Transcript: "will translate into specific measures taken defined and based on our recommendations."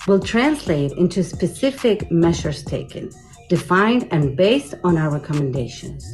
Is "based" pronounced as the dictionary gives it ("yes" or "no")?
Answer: yes